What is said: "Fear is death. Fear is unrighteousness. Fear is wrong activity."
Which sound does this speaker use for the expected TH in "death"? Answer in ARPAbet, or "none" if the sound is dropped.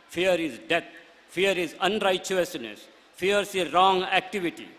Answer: T